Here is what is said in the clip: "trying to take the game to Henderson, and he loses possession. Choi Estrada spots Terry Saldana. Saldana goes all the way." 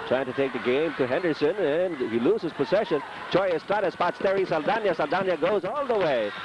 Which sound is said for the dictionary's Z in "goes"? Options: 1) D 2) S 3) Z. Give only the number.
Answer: 3